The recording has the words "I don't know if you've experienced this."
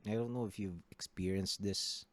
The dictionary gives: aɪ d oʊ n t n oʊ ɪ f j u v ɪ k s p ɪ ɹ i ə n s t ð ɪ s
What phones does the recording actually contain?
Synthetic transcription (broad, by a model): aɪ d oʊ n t n oʊ ɪ f j u v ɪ k s p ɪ ɹ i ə n s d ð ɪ s